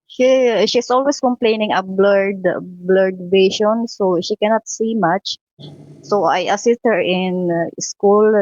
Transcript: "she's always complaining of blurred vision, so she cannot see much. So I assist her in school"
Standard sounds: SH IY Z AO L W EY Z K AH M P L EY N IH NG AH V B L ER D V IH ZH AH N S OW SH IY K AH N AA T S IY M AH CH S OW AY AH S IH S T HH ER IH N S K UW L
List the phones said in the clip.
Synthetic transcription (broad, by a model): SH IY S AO L W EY S K AH M P L EY N IH NG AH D B L ER D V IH SH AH N S OW SH IY K AH N AA T S IY M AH CH S OW AY AH S IH S T HH ER IH N S K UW L